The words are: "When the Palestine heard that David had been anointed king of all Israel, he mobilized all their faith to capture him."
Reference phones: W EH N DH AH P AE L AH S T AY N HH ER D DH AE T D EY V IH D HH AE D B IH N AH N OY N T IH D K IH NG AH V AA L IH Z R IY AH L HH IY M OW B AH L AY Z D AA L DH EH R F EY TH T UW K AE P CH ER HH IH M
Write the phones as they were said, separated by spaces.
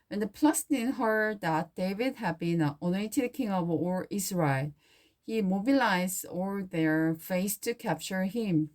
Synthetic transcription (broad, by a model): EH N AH P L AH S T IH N HH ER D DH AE T D EY V IH D HH AE D B IH N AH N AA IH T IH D K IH NG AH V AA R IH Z R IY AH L HH IY M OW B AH L AY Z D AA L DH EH R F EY S T UW K AE P CH ER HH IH M